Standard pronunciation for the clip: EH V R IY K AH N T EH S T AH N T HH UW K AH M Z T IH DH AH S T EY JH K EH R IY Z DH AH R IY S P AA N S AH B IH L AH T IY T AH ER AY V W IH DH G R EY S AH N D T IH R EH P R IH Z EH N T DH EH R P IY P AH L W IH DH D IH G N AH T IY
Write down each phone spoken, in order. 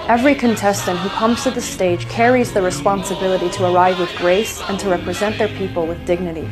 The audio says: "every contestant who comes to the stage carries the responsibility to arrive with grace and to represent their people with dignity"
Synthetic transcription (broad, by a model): EH V R IY K AH N T EH S T AH N T HH UW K AH M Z T IH DH AH S T EY JH K EH R IY Z DH AH R IY S P AA N S AH B IH L AH T IY T AH ER AY V W IH DH G R EY S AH N T IH R EH P R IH Z EH N DH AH R P IY P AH L W IH DH D IH G N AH T IY